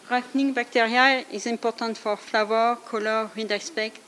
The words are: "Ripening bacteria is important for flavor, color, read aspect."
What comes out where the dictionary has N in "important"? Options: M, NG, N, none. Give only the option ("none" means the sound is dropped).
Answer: none